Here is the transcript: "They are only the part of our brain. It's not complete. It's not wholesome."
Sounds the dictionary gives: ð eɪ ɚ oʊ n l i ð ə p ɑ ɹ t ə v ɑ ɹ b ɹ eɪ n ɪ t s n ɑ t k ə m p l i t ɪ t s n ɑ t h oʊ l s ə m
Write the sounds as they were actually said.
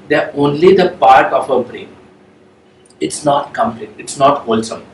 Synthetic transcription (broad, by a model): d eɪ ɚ oʊ n l i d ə p ɑ ɹ t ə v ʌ b ɹ eɪ n ɪ t s n ɑ t k ə m p l i t ɪ t s n ɑ t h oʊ l s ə m